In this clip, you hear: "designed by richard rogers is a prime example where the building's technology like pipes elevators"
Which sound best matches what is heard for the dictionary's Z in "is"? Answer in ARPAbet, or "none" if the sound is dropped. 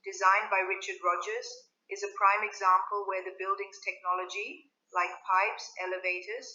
Z